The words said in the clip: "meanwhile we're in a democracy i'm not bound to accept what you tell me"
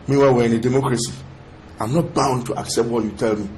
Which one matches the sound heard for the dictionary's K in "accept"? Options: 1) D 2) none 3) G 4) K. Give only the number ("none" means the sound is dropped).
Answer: 4